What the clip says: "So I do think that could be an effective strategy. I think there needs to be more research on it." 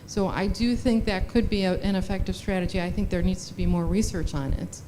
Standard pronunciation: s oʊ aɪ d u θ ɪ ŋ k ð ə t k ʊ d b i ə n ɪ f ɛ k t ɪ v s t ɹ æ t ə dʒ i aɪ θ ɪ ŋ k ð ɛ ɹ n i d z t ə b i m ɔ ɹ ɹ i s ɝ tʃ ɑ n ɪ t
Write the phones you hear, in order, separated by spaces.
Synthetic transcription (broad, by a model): s oʊ aɪ d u θ ɪ ŋ k ð ə t k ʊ d b i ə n ɪ f ɛ k t ɪ v s t ɹ æ t ə dʒ i aɪ θ ɪ ŋ k ð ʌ ɹ n i d z t ə b i m ɔ ɹ ɹ i s ɝ tʃ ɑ n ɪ t